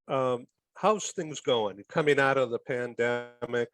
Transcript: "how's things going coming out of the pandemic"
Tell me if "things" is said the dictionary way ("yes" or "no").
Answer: yes